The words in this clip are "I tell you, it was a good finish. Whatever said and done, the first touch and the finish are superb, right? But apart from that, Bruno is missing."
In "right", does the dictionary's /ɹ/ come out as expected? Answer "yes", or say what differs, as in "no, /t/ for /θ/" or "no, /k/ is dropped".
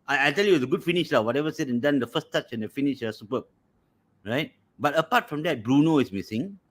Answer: yes